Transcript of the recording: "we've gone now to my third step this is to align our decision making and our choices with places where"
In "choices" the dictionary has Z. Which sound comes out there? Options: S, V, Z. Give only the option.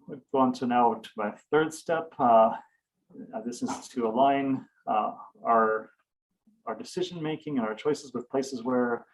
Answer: Z